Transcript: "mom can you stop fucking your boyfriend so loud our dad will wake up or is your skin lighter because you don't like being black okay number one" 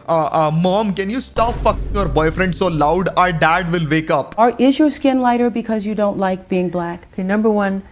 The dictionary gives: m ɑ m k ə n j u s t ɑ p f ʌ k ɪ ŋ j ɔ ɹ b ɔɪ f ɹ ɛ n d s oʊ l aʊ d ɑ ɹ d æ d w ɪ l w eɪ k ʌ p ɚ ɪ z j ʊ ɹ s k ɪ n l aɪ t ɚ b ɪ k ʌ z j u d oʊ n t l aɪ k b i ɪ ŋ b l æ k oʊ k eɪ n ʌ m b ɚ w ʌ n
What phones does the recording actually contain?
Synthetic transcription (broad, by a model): m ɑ m k ə n j u s t ɑ p f ʌ k ɪ ŋ j ɔ ɹ b ɔɪ f ɹ ɛ n d s oʊ l aʊ d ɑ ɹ d æ d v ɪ l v eɪ k ʌ p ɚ ɪ z j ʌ ɹ s k ɪ n l aɪ t ɚ b ɪ k ʌ z j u d oʊ n t l aɪ k b i ɪ ŋ b l æ k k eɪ n ʌ m b ɚ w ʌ n